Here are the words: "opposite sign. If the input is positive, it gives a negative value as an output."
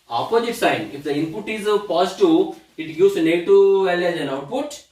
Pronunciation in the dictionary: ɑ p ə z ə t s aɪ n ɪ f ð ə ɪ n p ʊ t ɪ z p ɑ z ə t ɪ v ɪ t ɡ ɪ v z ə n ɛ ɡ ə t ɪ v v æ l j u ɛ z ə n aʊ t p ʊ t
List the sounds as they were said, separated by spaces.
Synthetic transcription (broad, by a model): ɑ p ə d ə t s aɪ n ɪ f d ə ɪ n p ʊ t ɪ z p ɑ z t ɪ ɪ t ɡ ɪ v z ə n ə t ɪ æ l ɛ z ə n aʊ t p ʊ t